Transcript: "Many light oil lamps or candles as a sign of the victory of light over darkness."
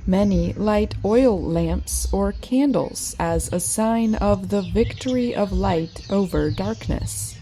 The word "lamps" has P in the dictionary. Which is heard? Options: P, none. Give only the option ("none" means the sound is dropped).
P